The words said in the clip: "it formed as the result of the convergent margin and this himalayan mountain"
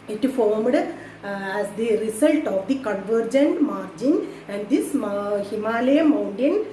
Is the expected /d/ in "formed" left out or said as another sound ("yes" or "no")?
no